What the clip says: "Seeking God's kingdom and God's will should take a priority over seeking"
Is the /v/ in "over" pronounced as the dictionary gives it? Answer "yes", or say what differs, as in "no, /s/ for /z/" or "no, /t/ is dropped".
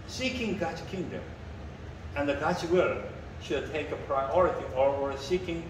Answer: no, /w/ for /v/